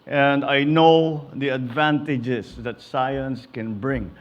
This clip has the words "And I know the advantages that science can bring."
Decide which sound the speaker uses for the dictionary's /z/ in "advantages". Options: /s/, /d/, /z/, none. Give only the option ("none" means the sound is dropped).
/s/